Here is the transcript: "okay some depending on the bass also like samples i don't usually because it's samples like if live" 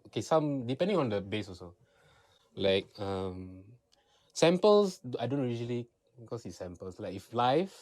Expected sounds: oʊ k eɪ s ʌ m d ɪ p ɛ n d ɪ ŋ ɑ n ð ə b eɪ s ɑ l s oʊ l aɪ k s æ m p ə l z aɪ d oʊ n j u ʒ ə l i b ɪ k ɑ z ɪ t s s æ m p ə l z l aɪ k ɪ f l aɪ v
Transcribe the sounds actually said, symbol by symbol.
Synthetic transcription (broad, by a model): oʊ k eɪ s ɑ m d ɪ p ɛ n d ɪ ŋ ɑ n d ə b eɪ s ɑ s oʊ l aɪ k s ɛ m p ə l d aɪ d oʊ n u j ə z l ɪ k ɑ s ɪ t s s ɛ m p ə l s l aɪ k ɪ f l aɪ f